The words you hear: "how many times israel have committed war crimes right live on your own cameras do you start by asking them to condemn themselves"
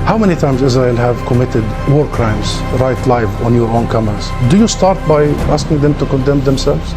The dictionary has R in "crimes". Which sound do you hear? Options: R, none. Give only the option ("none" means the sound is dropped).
R